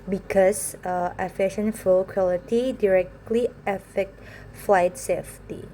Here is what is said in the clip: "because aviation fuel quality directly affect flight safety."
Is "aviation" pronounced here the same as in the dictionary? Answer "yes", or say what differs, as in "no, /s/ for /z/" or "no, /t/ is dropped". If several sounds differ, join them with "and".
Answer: no, /f/ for /v/